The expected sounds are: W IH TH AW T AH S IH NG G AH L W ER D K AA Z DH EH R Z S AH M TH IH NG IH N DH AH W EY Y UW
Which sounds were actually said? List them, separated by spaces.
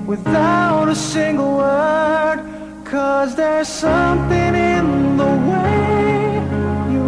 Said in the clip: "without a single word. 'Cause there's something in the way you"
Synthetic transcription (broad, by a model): W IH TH AW T AH S IH NG G L W ER D K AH Z DH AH R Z S AH M TH IH NG IH N DH AH W EY Y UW